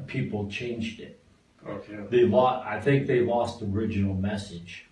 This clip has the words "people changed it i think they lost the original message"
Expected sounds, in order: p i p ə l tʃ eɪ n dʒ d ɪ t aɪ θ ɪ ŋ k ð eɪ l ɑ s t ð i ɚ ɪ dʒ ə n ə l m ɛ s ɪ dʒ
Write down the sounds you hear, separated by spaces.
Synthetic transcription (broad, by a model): p i p l tʃ eɪ n dʒ d ɪ t aɪ θ ɪ ŋ k ð eɪ l ɑ s t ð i ɚ ɪ dʒ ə n l m ɛ s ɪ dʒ